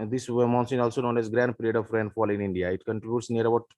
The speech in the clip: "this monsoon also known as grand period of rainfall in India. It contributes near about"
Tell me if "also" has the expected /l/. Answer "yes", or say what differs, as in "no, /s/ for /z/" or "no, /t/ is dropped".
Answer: yes